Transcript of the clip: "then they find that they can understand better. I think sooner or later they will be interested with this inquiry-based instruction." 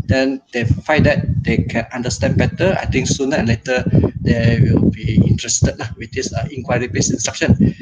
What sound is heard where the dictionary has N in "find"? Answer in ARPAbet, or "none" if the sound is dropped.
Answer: none